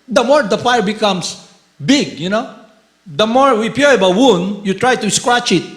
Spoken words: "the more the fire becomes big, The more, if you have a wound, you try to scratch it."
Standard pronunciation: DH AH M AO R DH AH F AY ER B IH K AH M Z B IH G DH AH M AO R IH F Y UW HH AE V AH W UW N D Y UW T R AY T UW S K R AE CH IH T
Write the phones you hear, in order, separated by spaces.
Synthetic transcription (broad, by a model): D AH M AO R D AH F AY ER B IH K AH M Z B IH G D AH M AO R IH P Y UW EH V AH W UW N D Y UW T R AY T UW S K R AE CH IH T